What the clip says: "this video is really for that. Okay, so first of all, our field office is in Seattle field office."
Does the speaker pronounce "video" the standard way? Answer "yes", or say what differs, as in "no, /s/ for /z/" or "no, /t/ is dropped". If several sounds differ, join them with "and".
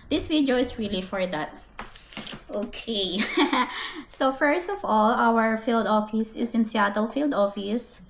no, /w/ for /v/